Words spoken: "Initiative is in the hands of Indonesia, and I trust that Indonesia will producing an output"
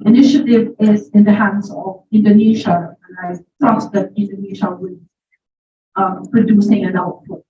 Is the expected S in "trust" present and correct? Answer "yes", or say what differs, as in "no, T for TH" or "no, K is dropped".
no, S is dropped